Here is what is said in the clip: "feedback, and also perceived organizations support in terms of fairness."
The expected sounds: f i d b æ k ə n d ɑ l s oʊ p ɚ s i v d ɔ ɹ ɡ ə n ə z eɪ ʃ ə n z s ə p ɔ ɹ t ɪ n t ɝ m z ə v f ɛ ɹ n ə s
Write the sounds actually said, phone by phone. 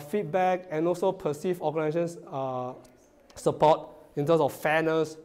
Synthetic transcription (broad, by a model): f i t b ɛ k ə n ɑ l s oʊ p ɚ s i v ɔ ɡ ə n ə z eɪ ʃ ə n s s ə p ɔ t ɪ n t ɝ m s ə f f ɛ n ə s